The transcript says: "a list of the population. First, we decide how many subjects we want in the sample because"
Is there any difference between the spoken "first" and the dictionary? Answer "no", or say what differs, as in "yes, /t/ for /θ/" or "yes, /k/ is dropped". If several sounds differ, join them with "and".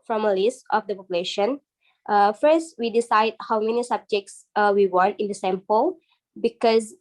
no